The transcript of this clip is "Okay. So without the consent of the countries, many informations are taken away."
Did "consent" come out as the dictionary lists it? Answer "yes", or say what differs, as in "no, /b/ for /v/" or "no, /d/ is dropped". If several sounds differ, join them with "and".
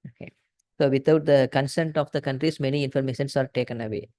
yes